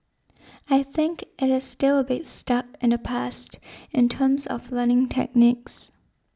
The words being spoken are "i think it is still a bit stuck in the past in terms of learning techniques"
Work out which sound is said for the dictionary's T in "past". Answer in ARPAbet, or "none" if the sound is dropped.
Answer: T